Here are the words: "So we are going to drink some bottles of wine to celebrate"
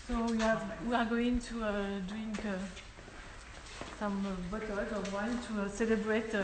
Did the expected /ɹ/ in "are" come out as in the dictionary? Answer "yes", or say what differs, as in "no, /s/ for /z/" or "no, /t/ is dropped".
no, /w/ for /ɹ/